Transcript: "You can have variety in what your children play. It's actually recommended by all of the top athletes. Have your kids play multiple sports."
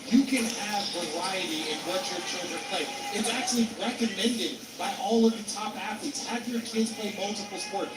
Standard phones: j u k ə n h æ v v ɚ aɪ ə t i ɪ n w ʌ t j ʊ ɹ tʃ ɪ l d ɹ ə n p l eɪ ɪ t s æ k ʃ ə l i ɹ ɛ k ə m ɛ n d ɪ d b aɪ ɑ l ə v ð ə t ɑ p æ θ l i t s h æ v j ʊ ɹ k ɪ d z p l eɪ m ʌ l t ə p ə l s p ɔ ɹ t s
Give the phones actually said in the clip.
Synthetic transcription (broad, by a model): j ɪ k ə n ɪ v v ɚ aɪ ə t i ɪ n w ʌ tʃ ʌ ɹ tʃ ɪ d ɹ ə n p l eɪ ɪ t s æ k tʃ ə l i ɹ ɛ k ə m ɛ n d ɪ d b aɪ ɑ l ə v ð ə t ɑ p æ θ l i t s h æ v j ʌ ɹ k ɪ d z p l eɪ m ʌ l t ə p l s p ɔ ɹ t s